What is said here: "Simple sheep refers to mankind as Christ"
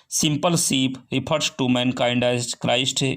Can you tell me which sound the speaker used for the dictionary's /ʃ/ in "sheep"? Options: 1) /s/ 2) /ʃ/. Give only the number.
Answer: 1